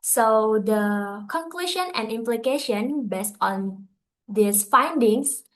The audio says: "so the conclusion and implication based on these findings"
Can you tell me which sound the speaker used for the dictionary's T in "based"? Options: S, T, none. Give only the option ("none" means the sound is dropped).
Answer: T